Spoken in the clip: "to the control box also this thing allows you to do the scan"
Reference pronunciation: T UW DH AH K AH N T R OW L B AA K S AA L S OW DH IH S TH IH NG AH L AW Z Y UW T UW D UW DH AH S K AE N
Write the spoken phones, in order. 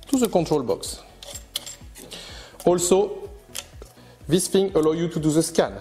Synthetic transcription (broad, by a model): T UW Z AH K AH T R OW L B AA K S AA L S OW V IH S F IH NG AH L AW Y UW T UW D UW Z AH S K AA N